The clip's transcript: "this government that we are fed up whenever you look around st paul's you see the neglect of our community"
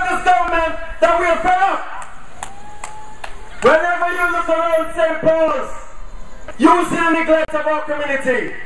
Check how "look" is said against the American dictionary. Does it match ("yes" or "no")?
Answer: no